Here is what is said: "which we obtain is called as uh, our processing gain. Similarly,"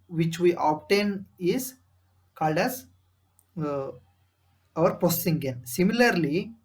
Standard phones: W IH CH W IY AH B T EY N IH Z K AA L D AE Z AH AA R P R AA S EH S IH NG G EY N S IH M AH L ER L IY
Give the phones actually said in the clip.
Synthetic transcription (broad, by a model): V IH CH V IY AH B T EY N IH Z K AA L D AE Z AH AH R P AA S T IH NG G EY N S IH M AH L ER L IY